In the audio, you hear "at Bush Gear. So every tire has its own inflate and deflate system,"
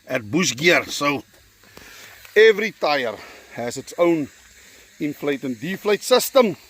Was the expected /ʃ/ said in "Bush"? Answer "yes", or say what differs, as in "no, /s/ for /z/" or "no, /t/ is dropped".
no, /s/ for /ʃ/